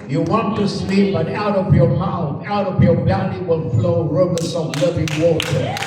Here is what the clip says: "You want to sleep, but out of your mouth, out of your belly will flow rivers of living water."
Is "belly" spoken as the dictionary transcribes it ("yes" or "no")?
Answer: no